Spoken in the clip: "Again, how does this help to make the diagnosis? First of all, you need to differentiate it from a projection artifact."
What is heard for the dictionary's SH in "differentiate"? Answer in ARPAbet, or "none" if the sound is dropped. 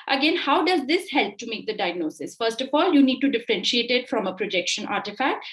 SH